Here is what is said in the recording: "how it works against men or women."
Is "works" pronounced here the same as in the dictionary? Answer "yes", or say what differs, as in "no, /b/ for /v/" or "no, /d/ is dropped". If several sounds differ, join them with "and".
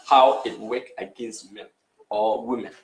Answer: no, /s/ is dropped